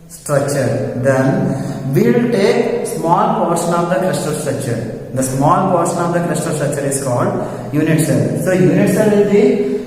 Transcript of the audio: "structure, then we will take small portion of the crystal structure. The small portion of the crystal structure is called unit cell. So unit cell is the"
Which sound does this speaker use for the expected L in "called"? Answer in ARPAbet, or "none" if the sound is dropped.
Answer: L